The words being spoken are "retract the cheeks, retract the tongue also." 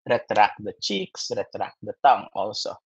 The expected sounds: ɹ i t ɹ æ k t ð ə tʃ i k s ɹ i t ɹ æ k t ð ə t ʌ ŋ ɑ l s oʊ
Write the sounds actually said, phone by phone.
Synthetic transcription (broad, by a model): ɹ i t ɹ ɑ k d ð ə tʃ i k s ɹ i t ɹ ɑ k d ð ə t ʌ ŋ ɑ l s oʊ